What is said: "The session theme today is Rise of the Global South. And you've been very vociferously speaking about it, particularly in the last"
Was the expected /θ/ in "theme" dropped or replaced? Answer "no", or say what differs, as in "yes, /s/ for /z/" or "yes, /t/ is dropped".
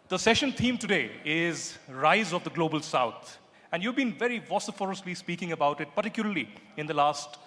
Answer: yes, /t/ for /θ/